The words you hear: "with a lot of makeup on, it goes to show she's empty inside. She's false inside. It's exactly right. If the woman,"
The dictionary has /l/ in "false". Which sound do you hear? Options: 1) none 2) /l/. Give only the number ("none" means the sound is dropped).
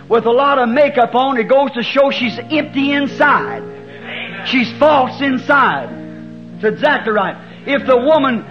2